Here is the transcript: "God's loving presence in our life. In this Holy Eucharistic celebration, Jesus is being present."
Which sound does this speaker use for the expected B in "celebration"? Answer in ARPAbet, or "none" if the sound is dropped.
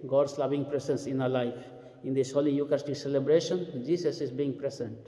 B